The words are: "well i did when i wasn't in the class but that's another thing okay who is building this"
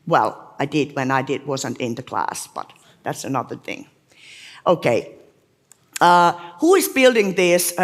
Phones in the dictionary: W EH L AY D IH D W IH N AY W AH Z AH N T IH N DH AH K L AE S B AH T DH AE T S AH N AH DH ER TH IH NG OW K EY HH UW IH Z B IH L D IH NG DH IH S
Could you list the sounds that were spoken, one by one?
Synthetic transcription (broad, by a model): W EH L AY D IH D W IH N AY W AH Z AH N T IH N DH AH K L AE S B AH T DH AE T S AH N AH DH ER TH IH NG OW K EY HH UW IH Z B IH L D IH NG DH IH S